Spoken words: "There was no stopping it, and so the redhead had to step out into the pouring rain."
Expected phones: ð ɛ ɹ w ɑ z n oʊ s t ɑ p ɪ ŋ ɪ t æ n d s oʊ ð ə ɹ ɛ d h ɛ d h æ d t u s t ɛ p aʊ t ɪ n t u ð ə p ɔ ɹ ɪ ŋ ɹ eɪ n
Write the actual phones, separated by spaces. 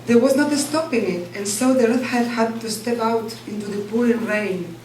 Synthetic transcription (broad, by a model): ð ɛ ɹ w ɑ z n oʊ s t ɑ p ɪ ŋ ɪ t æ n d s oʊ ð ə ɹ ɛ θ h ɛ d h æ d t u s t ɛ p aʊ t ɪ n t u ð ə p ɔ l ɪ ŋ ɹ eɪ n